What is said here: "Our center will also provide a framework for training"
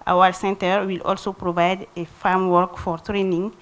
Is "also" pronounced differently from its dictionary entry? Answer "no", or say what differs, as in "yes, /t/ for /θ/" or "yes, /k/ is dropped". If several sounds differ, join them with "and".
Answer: no